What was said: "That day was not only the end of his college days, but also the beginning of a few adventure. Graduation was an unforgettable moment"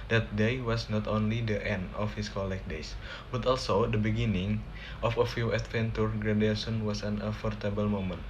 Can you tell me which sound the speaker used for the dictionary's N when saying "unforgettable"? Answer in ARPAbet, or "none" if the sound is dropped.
none